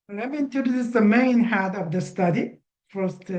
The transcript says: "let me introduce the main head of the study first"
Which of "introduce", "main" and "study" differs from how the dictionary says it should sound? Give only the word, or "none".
introduce